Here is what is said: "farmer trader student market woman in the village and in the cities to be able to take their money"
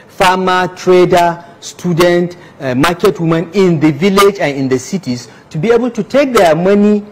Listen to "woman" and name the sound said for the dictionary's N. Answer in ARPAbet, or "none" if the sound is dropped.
N